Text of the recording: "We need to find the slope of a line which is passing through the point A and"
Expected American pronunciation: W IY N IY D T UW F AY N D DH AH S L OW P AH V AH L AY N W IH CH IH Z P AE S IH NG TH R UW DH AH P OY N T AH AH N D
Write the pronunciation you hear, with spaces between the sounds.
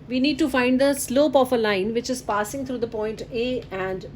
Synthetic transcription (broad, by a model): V IY N IY D T UW F AY N D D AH S L OW P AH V AH L AY N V IH CH IH Z P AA S IH NG T R UW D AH P OY N T AH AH N D